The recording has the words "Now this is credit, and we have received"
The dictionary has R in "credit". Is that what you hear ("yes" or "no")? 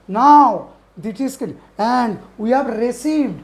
no